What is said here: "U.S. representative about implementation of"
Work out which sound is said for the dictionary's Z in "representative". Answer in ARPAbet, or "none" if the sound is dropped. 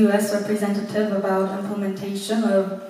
Z